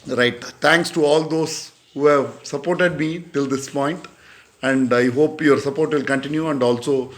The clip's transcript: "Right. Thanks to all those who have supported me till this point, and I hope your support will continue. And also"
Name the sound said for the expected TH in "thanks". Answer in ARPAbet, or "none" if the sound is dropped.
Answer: T